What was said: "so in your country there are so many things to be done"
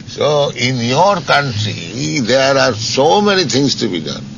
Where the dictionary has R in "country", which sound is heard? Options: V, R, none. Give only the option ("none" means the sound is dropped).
R